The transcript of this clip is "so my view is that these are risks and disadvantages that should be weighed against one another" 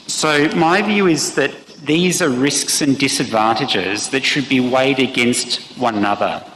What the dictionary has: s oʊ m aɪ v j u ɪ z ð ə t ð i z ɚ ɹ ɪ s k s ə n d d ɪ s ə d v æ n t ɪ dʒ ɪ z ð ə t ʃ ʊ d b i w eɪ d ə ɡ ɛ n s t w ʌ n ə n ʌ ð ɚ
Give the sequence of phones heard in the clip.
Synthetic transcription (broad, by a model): s oʊ m aɪ v j u ɪ z ð ə t ð i z ɚ ɹ ɪ s k s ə n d d ɪ s ə d v æ n t ɪ dʒ ɪ z ð ə t ʃ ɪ d b i w eɪ d ə ɡ ɛ n s t w ʌ n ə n ʌ ð ɚ